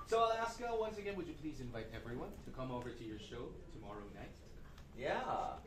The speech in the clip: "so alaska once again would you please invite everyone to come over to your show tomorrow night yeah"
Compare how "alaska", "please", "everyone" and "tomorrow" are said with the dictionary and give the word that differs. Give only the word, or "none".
none